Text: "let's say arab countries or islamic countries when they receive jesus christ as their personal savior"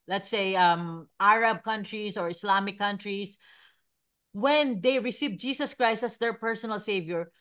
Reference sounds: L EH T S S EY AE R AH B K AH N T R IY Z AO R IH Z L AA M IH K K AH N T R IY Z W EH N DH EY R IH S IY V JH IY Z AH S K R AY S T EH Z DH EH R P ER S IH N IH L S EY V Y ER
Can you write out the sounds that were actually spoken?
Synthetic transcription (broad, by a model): L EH T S S EY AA R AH B K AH N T R IY S AO R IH S L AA M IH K K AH N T R IY S W EH N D EY R IH S IY V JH IY S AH S K R AY S T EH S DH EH R P ER S IH N IH L S EY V Y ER